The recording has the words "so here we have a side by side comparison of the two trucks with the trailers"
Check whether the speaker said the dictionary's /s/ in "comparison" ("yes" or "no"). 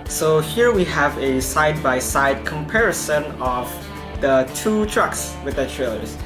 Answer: yes